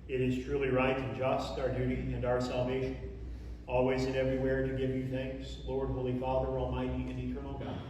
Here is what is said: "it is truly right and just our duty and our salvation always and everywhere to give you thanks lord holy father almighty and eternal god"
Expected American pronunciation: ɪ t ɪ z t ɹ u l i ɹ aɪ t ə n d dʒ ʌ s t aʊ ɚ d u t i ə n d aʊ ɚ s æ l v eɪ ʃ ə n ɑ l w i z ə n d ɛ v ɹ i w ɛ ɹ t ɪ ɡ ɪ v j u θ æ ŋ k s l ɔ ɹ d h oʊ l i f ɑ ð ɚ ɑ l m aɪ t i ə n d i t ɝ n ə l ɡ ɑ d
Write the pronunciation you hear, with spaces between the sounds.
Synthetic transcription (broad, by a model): ɪ t ɪ z t ɹ u l i ɹ aɪ t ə n dʒ ʌ s t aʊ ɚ d u t i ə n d aʊ ɚ s æ l v eɪ ʃ ə n ɑ l w i z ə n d ɛ v ɹ i w ɛ ɹ t ɪ ɡ ɪ v j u θ æ ŋ k s l ɔ ɹ d h oʊ l i f ɑ ð ɚ ɑ l m aɪ t i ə n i t ɝ n l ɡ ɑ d